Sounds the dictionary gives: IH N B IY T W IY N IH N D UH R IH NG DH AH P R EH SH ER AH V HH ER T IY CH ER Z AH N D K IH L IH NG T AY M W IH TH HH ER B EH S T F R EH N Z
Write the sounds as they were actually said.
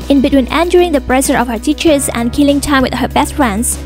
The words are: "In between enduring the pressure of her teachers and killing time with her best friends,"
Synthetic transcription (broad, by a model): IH N B IY T W IY N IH N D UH R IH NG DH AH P R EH S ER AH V HH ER T IY CH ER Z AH N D K IH L IH NG T AY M W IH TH HH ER B EH S T F R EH N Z